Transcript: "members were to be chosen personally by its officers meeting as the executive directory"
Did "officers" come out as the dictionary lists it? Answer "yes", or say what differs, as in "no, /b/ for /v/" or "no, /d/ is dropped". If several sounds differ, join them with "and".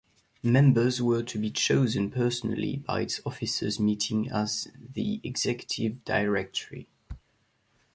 yes